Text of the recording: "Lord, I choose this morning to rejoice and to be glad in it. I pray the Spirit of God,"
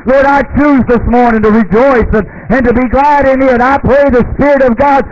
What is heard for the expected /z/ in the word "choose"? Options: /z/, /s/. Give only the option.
/z/